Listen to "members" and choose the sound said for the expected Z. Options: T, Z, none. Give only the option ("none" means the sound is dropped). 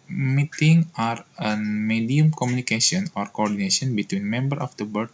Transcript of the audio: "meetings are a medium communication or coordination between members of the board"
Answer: none